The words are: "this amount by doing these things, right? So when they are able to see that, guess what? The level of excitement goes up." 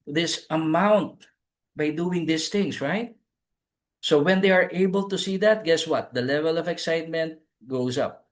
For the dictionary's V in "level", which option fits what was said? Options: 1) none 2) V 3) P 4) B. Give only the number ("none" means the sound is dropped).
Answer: 2